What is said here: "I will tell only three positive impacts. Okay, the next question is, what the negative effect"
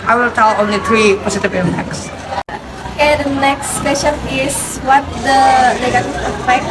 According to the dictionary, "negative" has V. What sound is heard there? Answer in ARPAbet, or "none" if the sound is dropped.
none